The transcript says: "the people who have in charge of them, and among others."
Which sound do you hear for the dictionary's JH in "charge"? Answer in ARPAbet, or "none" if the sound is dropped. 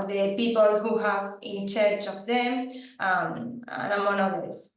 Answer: CH